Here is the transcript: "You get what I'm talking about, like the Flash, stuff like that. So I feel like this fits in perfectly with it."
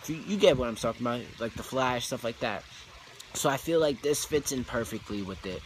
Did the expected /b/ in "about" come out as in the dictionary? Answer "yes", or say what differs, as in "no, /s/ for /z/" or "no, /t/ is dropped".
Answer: no, /b/ is dropped